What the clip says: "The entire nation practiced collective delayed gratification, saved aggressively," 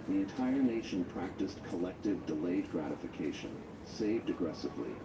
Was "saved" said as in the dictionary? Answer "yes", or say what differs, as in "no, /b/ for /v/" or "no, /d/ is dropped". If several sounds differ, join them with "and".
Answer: yes